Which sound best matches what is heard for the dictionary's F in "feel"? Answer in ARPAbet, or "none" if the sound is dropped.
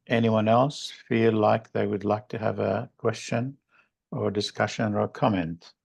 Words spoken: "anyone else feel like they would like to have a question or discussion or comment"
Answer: F